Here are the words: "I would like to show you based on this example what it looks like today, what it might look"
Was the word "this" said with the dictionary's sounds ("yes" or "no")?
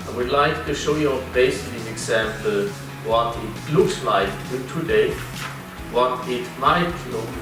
no